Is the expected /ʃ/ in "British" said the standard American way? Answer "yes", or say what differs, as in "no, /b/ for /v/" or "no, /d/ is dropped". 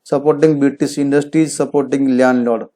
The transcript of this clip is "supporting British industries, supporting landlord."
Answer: no, /s/ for /ʃ/